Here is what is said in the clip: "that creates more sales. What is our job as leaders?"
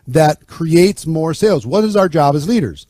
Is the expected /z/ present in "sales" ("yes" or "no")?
yes